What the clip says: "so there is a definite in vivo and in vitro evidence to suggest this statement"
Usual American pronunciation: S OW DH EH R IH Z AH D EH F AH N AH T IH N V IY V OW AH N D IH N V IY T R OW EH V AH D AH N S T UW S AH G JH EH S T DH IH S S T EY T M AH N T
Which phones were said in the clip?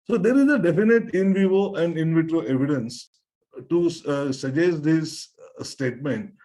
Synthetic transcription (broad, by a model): S OW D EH R IH Z AH D EH F AH N AH T IH N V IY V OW AH N D IH N V IY T R OW EH V AH D AH N S T UW S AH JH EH S T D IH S S T EY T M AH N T